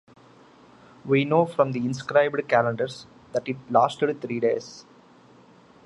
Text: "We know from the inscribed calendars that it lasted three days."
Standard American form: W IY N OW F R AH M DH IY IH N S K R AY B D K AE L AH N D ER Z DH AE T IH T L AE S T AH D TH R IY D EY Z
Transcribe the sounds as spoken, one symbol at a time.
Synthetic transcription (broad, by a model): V IY N OW F R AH M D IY IH N S K R AY B D K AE L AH N D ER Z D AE T IH T L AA S T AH D T R IY D EY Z